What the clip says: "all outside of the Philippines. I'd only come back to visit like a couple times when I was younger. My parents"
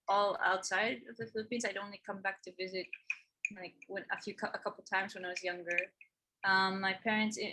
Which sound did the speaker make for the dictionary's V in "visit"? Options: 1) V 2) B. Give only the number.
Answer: 1